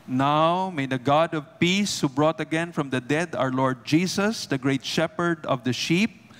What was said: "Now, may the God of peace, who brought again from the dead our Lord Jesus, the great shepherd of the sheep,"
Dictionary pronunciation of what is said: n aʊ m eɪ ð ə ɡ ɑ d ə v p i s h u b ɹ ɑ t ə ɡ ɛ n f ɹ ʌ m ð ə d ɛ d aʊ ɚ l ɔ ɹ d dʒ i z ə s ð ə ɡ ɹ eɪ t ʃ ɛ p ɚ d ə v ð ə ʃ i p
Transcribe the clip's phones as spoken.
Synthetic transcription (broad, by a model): n aʊ m eɪ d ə ɡ ɑ d ə v p i s h u b ɹ ɑ t ə ɡ ɛ n f ɹ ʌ m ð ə d ɛ d aʊ ɚ l ɔ ɹ d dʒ i s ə s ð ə ɡ ɹ eɪ t ʃ ɛ p ɚ d ə v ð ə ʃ i p